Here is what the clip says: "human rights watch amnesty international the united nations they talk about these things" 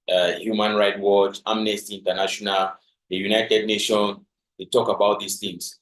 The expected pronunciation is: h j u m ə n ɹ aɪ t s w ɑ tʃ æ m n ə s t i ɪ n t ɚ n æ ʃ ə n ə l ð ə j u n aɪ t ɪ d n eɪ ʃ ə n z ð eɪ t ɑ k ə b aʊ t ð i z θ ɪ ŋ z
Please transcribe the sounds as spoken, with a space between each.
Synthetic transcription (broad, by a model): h j u m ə n ɹ aɪ t w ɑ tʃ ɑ m n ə s t i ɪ n t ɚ n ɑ ʃ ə n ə l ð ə j u n aɪ t ɪ d n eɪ ʃ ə n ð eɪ t ɑ k ə b aʊ t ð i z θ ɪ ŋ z